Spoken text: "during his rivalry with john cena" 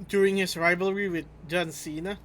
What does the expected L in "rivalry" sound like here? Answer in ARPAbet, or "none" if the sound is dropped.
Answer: L